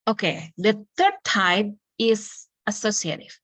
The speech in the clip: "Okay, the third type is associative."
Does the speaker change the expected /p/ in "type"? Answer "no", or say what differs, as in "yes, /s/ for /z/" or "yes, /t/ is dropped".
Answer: yes, /b/ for /p/